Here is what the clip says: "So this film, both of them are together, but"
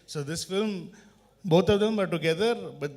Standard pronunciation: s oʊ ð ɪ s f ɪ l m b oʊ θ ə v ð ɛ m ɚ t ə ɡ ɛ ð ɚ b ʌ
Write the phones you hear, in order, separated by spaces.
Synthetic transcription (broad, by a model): s oʊ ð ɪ s f ɪ l m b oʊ t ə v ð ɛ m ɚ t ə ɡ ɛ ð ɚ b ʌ